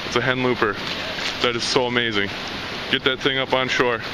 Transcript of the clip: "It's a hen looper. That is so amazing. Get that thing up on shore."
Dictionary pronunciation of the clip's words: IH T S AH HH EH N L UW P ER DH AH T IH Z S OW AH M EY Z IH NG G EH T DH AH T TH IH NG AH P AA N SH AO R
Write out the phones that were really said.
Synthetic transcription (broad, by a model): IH T S AH HH EH N L UW P ER DH AH T IH Z S OW AH M EY Z IH NG G EH T DH AH T TH IH NG AH P N SH AO R